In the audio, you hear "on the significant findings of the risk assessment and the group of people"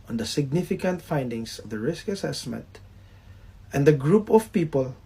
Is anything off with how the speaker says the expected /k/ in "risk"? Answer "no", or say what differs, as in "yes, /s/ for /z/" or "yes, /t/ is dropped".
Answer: no